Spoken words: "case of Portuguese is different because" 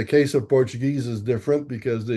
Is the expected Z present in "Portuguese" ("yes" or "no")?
yes